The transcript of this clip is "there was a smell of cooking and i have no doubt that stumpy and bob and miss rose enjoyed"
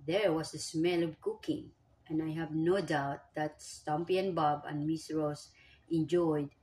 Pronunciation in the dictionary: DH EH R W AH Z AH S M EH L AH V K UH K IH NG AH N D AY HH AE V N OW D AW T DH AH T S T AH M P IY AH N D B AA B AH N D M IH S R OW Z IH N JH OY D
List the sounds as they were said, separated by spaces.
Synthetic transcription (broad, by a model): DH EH R W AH S AH S M EH L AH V K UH K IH NG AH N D AY HH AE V N OW D AW T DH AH T S T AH M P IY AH N B AA B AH N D M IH S R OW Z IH N JH OY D